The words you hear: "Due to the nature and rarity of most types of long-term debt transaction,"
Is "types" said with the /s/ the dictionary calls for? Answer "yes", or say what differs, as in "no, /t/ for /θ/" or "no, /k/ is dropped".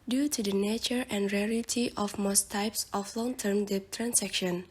yes